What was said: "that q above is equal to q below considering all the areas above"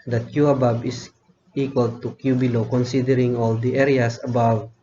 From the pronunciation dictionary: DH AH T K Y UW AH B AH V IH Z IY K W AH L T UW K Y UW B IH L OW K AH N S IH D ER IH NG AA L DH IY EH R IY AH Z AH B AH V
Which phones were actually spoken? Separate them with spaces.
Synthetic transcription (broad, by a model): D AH T K Y UW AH B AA B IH S IY K W AH L T UW K Y UW B IH L OW K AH N S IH D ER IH NG AA L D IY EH R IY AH S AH B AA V